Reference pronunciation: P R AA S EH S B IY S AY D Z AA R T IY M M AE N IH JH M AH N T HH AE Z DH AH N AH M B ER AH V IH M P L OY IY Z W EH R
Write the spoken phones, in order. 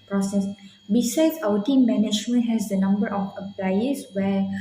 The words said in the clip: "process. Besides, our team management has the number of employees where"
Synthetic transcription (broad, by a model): P R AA S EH S B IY S AY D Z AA W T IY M M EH N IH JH M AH N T HH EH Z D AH N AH M B ER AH F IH P L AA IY S W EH